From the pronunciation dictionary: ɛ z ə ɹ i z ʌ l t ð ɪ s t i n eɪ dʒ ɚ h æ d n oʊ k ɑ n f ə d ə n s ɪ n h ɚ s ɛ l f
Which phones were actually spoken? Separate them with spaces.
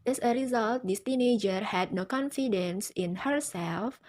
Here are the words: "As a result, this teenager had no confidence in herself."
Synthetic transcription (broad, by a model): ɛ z ə ɹ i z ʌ l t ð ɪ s t i n eɪ dʒ ɚ h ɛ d n oʊ k ɑ n f ə d ə n s ɪ n h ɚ s ɛ l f